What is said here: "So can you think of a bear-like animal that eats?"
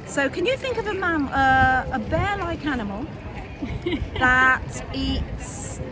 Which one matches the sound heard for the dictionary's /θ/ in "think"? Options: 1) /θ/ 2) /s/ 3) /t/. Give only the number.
1